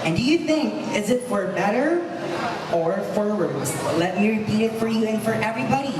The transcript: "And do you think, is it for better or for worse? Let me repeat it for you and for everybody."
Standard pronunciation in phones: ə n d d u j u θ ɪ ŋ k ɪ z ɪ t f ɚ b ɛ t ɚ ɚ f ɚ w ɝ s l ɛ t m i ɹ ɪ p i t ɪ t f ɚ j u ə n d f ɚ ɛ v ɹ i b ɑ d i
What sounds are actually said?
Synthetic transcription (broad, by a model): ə n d d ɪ j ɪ θ ɪ ŋ k ɪ z ɪ t f ɚ b ɛ t ɚ ɚ f ɚ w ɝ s l ɛ t m i ɹ ɪ p i t ɪ t f ɚ j u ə n f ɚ ɛ v ɹ i b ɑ d i